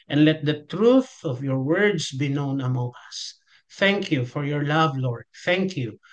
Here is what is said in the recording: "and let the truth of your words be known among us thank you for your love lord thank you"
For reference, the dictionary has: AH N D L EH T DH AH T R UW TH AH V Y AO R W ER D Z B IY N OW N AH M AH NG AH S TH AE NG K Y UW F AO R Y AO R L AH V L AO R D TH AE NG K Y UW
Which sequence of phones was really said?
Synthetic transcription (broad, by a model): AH N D L EH T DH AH T R UW TH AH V Y AO R W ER D S B IY N OW N AH M AH NG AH S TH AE NG K Y UW F AO R Y AO R L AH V L AO R D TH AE NG K Y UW